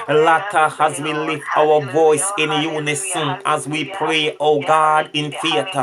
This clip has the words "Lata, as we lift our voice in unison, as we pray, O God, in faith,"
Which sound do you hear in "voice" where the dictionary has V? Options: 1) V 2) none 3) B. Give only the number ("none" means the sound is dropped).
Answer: 1